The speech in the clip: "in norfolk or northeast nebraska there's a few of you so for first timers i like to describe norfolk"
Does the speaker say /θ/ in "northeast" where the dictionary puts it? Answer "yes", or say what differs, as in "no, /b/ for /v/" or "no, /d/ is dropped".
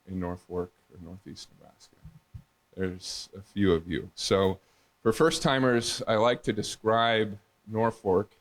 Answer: yes